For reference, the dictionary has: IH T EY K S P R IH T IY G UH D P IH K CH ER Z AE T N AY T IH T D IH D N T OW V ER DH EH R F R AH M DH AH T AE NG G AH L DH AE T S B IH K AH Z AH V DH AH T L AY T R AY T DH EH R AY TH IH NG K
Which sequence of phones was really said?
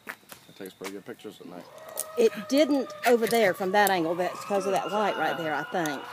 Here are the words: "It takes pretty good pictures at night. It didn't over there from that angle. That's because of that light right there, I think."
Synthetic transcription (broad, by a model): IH T EY K S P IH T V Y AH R P IH K CH ER Z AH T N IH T IH T D IH D N T OW V ER DH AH R F R AH M DH AH T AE NG G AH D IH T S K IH AH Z AH V DH AH T L AY T R AY T DH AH R AY TH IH NG K